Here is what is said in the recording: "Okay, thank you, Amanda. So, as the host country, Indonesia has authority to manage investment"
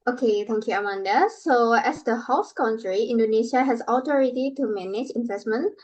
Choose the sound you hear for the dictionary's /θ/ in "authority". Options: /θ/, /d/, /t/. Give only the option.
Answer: /t/